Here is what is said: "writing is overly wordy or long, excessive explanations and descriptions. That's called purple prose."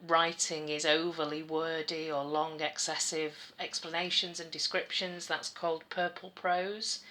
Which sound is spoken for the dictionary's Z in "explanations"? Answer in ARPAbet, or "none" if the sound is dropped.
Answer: Z